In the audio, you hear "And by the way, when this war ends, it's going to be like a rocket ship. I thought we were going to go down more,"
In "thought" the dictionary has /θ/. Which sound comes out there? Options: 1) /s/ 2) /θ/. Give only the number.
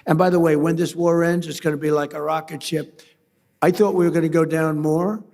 2